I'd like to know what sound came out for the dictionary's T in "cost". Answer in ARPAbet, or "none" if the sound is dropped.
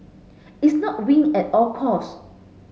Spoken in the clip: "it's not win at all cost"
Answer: none